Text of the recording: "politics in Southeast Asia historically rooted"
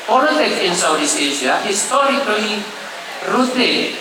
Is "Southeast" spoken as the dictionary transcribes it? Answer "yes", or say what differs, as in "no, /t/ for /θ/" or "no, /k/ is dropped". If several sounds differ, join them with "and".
no, /t/ is dropped